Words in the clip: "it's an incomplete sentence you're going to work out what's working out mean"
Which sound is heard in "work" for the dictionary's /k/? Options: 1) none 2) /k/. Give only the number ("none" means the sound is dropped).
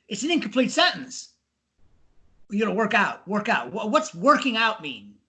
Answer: 2